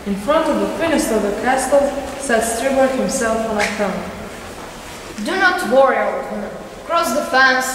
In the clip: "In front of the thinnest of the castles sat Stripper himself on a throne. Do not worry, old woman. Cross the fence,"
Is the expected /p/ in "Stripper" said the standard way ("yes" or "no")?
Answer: no